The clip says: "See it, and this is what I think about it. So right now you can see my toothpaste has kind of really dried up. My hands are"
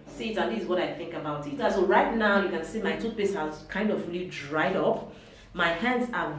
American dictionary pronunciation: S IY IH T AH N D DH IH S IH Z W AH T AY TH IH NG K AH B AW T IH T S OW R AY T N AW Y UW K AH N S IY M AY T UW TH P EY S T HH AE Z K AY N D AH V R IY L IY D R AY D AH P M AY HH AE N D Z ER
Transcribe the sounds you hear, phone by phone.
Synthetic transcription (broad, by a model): S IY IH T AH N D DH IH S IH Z W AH T AY TH IH NG K AH B AW T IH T S OW R AY T N AW Y UW K AH N S IY M AY T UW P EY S HH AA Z K AY N D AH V R IY L IY D R AY D AH P M AY HH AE N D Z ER